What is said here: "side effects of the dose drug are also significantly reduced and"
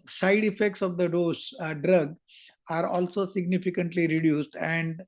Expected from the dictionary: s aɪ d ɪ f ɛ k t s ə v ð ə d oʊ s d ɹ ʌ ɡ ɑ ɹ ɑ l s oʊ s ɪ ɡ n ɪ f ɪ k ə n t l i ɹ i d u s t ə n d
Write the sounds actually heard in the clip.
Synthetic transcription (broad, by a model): s aɪ d ɪ f ɛ k t s ə v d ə d oʊ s d ɹ ʌ ɡ ɑ ɹ ɑ l s oʊ s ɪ ɡ n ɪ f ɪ k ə n t l i ɹ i d u s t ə n d